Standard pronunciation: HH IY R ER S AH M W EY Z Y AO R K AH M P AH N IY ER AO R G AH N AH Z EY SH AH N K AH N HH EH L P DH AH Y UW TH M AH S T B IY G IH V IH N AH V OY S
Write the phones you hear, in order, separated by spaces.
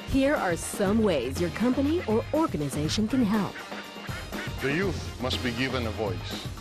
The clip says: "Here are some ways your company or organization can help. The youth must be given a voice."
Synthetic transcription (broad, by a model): HH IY R ER S AH M W EY Z Y AO R K AH M P AH N IY ER AO R G AH N AH Z EY SH AH N K AH N HH EH L P DH AH Y UW TH M AH S T B IY G IH V IH N AH V OY S